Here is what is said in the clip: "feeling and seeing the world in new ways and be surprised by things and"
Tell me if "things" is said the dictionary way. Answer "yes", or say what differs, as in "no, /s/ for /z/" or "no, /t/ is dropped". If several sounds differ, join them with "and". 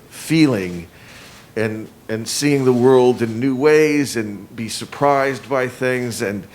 yes